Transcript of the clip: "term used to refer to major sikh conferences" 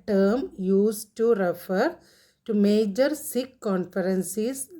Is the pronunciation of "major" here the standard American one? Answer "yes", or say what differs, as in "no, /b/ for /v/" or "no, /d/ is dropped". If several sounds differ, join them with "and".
yes